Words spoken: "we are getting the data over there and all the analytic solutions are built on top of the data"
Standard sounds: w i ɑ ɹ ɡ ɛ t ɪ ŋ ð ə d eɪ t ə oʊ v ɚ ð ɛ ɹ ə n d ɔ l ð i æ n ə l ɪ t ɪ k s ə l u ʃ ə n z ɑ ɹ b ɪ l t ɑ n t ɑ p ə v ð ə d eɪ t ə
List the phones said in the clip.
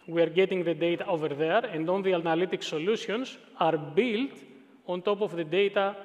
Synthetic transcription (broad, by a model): w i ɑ ɹ ɡ ɛ t ɪ ŋ ð ə d eɪ t ə oʊ v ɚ ð ɛ ɹ ə n d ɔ n ð i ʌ n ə l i t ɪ k s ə l u s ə n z ɑ ɹ b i l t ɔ n t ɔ p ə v ð ə d eɪ t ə